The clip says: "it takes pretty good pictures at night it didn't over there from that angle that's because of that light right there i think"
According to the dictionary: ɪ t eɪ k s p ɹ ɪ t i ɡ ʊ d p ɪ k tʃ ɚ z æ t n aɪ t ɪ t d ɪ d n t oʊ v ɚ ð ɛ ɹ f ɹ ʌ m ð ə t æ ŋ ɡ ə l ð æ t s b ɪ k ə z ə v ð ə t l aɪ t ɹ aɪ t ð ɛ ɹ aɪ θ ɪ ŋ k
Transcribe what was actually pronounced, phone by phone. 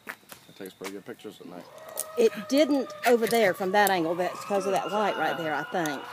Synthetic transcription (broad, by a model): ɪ t eɪ k s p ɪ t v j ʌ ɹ p ɪ k tʃ ɚ z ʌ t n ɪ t ɪ t d ɪ d n t oʊ v ɚ ð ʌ ɹ f ɹ ʌ m ð ə t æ ŋ ɡ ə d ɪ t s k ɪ ə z ə v ð ə t l aɪ t ɹ aɪ t ð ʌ ɹ aɪ θ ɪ ŋ k